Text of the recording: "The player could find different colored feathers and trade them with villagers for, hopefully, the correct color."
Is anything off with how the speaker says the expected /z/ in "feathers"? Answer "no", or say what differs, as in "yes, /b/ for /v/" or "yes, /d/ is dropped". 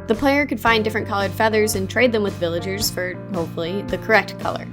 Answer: no